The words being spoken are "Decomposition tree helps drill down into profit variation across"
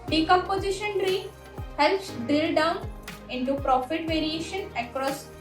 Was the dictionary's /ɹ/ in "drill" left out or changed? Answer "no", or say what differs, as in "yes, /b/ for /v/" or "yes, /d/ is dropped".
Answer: yes, /ɹ/ is dropped